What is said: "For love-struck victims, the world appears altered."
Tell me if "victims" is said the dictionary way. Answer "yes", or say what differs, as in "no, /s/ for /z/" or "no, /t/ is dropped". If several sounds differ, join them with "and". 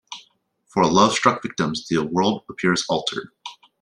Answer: yes